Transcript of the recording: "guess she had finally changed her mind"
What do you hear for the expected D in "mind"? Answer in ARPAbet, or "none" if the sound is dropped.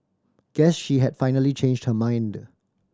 D